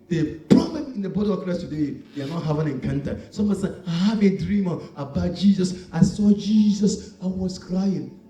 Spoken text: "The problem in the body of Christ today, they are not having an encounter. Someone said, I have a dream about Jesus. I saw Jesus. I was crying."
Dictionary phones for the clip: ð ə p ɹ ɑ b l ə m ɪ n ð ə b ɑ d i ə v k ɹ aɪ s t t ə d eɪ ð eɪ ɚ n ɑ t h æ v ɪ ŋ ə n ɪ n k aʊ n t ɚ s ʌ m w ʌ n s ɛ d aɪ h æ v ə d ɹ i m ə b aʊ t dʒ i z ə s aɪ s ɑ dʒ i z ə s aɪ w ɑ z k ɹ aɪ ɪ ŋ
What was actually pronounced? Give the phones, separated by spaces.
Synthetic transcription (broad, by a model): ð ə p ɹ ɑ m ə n ɪ n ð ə b ɑ d i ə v k ɹ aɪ s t t ə d eɪ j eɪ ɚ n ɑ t h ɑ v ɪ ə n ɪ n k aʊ n t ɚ s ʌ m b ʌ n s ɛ aɪ h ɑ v ə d ɹ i m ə b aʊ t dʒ i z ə s aɪ s ɑ dʒ i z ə s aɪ w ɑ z k ɹ aɪ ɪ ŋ